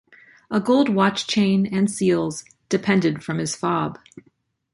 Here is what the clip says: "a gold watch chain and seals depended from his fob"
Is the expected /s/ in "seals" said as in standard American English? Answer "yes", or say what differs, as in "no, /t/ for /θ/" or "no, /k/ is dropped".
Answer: yes